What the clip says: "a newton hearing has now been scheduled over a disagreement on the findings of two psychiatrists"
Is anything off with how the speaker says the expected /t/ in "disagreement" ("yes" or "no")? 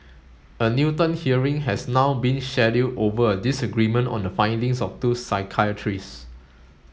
no